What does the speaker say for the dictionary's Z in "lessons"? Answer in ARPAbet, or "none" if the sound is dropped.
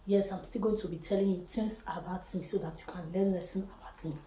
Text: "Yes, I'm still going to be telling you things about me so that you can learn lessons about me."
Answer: none